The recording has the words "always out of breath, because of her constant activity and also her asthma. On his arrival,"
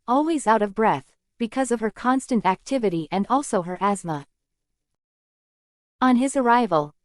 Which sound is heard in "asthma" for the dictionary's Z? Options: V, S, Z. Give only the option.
Z